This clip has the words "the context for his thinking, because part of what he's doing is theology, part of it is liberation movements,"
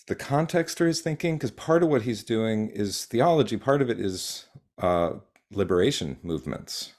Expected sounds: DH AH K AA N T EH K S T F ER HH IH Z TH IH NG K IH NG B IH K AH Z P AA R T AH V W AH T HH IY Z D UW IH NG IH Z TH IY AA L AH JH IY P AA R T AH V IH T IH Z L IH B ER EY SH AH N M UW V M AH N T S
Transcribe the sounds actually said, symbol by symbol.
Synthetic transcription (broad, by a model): DH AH K AA N T EH K S T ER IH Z TH IH NG K IH NG K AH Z P AA R T AH V W AH T HH IY Z D UW IH NG IH Z TH IY AA L AH JH IY P AA R T AH V IH T IH Z L IH B ER EY SH AH N M UW V M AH N T S